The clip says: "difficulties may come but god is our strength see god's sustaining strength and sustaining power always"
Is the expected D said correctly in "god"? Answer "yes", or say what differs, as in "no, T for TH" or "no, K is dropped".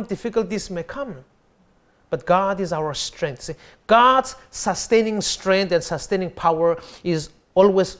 yes